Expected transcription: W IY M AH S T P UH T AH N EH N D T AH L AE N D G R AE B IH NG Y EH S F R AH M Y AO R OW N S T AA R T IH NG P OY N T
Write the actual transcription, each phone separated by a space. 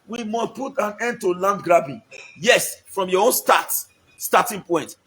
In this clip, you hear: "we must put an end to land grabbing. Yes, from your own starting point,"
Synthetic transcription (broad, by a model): W IY M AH S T P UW T AH N EH N D T AH L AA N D G R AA B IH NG Y EH S F R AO M Y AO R OW N S T AA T T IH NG P OY N T